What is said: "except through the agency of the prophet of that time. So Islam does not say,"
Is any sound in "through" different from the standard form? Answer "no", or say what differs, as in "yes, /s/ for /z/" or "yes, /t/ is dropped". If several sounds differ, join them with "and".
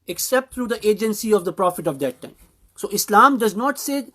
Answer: yes, /t/ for /θ/